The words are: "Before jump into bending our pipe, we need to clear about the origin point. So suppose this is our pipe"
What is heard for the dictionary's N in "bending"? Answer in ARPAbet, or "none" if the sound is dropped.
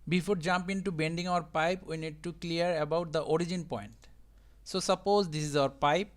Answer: N